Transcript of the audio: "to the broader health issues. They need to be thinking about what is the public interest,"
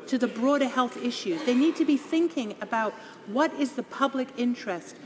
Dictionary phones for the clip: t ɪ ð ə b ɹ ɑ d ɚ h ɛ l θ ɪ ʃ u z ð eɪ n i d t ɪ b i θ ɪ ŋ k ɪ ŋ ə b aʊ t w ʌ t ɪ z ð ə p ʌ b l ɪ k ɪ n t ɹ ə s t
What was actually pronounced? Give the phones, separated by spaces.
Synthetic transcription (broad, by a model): t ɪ ð ə b ɹ ɑ d ɚ h ɛ l θ ɪ ʃ u z ð eɪ n i d t ɪ b i θ ɪ ŋ k ɪ ŋ ə b aʊ t w ʌ t ɪ z ð ə p ʌ b l ɪ k ɪ n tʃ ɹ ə s t